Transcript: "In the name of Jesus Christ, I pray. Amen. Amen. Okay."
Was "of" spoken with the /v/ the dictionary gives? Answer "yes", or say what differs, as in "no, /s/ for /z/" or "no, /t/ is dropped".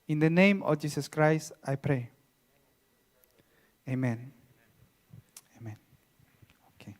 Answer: no, /f/ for /v/